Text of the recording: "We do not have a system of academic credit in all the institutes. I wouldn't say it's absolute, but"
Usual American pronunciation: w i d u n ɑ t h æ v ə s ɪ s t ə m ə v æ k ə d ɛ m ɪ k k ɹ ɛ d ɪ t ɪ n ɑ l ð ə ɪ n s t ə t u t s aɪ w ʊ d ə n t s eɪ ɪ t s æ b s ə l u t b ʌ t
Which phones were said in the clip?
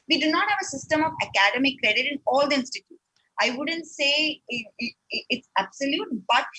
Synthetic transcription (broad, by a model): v i d u n ɑ t h æ v ə s ɪ s t ə m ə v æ k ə d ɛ m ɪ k k ɹ ɛ d ɪ t ɪ n ɑ l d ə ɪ n s t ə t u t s aɪ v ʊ d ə n t s eɪ ɪ t s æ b s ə l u t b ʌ t